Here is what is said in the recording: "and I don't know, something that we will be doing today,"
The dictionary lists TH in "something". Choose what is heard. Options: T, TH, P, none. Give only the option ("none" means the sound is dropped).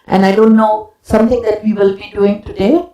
T